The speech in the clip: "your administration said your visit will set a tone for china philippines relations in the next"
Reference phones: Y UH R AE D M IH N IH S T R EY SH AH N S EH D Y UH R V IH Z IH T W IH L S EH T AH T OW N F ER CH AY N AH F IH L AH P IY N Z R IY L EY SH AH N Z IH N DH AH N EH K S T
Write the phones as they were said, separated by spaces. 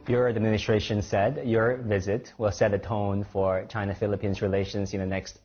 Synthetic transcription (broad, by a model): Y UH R AE D M IH N IH S T R EY SH AH N S EH D Y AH R V IH Z IH T W IH L S EH T AH T OW N F ER CH AY N AH F IH L AH P IY N Z R IY L EY SH AH N Z IH N DH AH N EH K S T